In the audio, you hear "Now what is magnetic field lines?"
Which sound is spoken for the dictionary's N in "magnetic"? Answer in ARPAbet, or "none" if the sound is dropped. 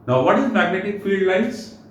N